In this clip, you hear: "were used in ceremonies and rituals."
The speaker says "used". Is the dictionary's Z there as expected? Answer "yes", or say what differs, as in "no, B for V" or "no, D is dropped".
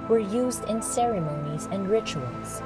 yes